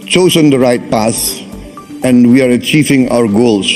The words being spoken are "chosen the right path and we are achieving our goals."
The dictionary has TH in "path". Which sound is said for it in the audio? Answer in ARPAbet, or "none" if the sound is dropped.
S